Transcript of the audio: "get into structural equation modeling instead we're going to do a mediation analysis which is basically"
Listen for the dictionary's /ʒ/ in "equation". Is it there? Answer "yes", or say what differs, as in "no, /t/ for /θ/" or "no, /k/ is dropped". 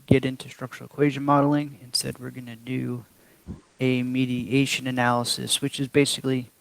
yes